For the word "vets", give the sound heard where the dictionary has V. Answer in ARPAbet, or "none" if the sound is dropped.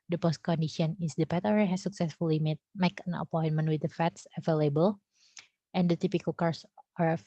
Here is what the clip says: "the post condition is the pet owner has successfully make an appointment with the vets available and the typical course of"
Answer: F